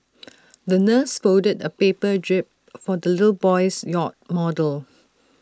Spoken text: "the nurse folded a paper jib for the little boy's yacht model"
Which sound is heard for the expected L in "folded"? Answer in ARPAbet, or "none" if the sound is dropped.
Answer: none